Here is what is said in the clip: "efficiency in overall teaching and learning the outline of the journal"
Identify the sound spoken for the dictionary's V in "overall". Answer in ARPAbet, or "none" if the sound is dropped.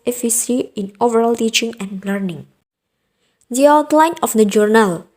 V